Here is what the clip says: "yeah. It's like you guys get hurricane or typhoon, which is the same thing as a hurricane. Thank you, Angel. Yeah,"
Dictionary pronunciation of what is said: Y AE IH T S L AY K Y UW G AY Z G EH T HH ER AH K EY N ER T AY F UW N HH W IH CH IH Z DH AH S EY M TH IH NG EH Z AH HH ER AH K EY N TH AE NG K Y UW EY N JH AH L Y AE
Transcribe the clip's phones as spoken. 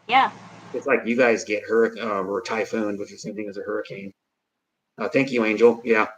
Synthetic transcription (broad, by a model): Y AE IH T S L AY K Y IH G AY Z G EH T HH ER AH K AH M ER T AY F UW N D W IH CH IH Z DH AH S EY M TH IH NG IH Z AH HH ER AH K EY N TH AE NG K Y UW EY N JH L Y AE